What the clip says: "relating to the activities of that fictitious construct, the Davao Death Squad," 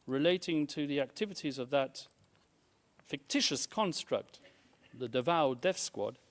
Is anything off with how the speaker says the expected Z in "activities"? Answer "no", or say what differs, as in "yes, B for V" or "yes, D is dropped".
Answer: no